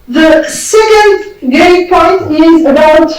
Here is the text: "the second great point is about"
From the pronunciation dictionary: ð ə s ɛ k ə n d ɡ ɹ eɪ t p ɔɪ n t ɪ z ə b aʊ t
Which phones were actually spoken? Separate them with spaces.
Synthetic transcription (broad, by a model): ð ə s ɛ k ə n d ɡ eɪ p ɔɪ n t ɪ z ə b aʊ t